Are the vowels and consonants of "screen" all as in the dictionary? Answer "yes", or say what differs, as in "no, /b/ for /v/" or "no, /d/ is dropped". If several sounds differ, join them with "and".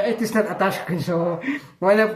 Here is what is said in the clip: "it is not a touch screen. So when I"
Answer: no, /ɹ/ is dropped